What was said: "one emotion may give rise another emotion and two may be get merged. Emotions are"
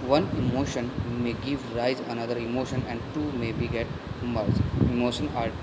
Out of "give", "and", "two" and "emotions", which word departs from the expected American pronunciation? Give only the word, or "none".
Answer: emotions